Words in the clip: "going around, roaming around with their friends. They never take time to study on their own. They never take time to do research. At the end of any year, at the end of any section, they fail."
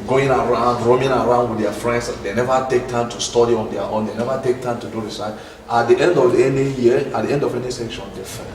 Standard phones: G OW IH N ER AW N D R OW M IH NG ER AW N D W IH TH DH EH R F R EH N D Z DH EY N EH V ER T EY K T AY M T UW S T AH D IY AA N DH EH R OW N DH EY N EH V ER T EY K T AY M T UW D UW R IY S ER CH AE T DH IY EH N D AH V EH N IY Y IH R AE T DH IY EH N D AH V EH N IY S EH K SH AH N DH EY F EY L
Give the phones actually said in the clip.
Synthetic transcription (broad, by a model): G OW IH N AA AW N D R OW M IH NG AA AW N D W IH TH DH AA F R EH N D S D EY N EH V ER T EY K T AY M T UW S T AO D IY AA N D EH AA OW N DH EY N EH V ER T EY K T AY M T UW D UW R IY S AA AA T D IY EH N D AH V EH N IY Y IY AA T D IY EH N D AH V EH N IY S EH K SH AH N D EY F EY